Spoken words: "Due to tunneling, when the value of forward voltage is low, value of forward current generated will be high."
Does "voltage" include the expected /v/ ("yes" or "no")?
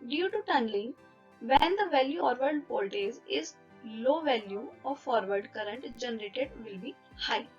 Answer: no